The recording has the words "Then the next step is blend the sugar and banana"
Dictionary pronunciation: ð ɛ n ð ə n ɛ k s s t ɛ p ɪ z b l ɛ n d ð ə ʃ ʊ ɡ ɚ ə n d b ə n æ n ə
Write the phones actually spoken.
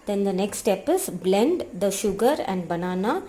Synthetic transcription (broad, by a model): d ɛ n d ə n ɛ k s s t ɛ p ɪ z b l ɛ n d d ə ʃ ʊ ɡ ɚ ə n d b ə n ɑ n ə